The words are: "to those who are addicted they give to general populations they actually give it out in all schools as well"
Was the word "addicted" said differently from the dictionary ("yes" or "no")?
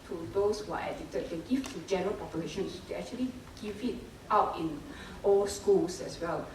yes